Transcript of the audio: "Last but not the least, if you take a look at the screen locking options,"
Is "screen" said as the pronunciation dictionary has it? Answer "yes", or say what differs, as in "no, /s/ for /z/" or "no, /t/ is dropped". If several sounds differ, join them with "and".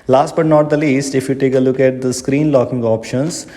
yes